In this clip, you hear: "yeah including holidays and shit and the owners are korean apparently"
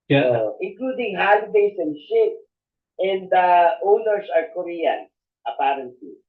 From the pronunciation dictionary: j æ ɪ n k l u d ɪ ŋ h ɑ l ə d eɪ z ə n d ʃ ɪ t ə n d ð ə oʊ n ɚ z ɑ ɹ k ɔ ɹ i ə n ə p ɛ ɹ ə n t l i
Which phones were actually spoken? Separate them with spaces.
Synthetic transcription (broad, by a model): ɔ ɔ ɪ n k l u d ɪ ŋ h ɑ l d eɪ s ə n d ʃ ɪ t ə n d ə oʊ n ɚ s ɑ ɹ k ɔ ɹ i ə n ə p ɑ ɹ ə n t l i